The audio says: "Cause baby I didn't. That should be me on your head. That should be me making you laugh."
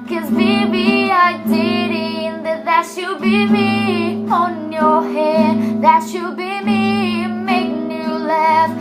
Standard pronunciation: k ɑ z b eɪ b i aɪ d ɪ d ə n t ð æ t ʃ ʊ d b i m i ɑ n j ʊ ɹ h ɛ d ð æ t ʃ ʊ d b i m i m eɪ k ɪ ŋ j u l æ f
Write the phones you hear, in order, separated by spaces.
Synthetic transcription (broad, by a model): k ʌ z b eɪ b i aɪ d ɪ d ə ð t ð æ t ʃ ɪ b i m i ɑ n j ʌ ɹ h ɛ d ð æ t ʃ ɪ b i m i m eɪ ɪ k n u l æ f